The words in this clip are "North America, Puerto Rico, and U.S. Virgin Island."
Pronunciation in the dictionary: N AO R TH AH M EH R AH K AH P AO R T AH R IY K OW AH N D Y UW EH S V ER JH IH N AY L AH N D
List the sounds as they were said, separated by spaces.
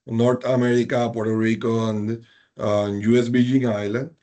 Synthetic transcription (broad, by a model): N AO R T AH M EH R AH K AH P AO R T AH R IY K OW AH N D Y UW EH S B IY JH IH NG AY L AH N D